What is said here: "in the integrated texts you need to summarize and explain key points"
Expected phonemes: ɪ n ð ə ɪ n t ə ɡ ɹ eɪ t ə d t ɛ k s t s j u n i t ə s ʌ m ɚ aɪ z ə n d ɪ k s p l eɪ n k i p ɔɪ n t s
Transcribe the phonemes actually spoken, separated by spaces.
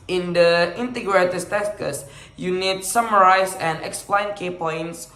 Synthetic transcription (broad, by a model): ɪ n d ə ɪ n t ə ɡ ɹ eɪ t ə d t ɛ s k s j u n i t s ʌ m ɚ aɪ s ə n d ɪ k s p l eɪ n k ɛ p ɔɪ n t s